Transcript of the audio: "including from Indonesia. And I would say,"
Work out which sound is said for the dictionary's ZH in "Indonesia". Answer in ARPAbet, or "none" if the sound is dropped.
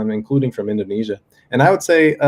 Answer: ZH